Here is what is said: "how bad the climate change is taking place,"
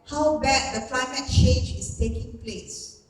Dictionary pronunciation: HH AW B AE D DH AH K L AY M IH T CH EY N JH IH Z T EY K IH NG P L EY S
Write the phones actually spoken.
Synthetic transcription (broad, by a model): HH AW B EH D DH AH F AY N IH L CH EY JH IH S T EY K IH NG P L EY S